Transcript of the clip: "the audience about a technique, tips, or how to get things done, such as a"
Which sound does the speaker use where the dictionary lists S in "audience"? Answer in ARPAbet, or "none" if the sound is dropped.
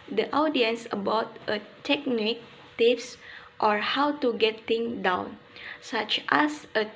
S